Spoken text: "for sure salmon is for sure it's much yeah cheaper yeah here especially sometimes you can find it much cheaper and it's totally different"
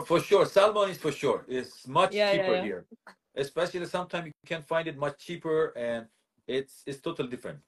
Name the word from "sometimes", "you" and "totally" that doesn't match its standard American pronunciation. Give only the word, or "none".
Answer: sometimes